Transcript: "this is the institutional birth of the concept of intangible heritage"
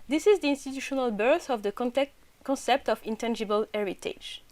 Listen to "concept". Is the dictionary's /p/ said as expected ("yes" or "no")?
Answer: yes